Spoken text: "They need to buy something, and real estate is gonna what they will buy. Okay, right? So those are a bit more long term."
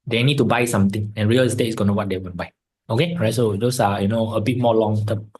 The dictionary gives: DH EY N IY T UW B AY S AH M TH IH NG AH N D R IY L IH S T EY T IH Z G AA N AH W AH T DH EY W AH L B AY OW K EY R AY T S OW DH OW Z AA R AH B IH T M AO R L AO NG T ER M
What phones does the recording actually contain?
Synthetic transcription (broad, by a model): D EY N IY T UW B AY S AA M T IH NG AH N R IY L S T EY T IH S G AA N AH W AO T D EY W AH N B AY OW K EY R AY T S OW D OW S AA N AH B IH T M AO L AO NG T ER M